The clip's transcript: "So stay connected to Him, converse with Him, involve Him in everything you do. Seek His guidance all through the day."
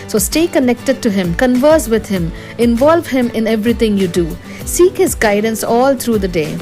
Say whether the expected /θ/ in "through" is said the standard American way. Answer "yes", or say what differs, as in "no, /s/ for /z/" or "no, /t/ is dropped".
no, /t/ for /θ/